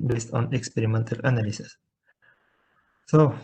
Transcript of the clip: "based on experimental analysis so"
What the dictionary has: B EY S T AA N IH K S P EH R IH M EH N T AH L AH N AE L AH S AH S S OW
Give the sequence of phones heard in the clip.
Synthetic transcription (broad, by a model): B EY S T AA N IH K S P EH R IH M EH N T AH L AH N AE L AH S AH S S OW